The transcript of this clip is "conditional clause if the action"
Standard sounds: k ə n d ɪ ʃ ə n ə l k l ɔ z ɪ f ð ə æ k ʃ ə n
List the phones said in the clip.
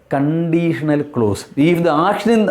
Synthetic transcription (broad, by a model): k ə n d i ʃ ə n ə l k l ɔ s ɪ f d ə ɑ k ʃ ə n